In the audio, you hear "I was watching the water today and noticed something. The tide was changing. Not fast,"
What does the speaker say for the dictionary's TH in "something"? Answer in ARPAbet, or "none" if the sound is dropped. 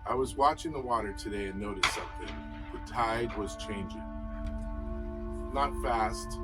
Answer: TH